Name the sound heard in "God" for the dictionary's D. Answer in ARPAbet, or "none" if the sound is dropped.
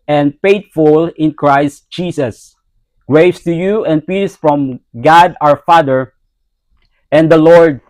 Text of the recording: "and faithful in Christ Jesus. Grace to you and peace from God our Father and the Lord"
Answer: D